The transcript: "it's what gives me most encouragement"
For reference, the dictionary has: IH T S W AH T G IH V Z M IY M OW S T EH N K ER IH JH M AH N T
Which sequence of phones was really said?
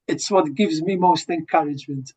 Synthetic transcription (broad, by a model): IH T S W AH T G IH V Z M IY M OW S T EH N K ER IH JH M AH N T